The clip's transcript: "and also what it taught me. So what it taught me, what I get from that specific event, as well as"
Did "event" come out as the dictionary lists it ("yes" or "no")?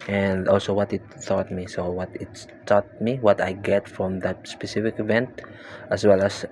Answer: yes